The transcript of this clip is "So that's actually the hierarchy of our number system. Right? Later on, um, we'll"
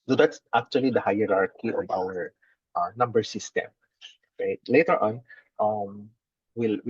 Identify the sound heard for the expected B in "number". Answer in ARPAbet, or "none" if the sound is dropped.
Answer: B